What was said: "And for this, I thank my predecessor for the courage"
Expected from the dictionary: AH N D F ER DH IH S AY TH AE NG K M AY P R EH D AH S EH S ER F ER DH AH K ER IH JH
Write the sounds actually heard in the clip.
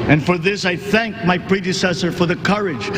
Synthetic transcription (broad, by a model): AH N F ER DH IH S AY TH AE NG K M AY P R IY D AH S EH S ER F ER DH AH K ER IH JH